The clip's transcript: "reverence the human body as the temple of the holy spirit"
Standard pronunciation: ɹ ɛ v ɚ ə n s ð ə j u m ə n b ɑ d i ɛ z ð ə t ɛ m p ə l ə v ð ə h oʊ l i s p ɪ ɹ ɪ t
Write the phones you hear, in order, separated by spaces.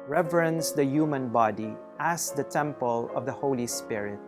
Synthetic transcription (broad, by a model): ɹ ɛ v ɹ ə n s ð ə j u m ə n b ɑ d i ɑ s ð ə t ɛ m p ə l ə v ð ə h oʊ l i s p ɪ ɹ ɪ t